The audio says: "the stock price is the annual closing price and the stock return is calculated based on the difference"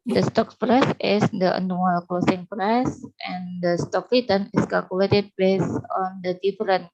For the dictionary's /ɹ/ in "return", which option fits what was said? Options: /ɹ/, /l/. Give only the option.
/l/